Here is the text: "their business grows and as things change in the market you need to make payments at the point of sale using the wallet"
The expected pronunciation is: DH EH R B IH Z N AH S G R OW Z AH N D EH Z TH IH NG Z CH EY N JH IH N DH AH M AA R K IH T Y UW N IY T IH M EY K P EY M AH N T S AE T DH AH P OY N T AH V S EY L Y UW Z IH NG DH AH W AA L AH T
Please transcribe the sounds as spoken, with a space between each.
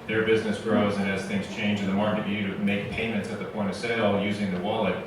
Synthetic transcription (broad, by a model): DH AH R B IH Z N AH S G R OW Z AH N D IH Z TH IH NG Z CH EY N JH IH N DH AH M AA R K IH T Y UW T IH M EY K P EY M AH N T S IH T DH AH P OY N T AH V S EY L Y UW Z IH NG DH AH W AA L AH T